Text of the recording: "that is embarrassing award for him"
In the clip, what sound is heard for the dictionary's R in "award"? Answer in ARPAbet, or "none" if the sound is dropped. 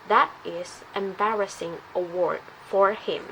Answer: R